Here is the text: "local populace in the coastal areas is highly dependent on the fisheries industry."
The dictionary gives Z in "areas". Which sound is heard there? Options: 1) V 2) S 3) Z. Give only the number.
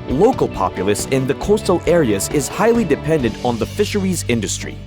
3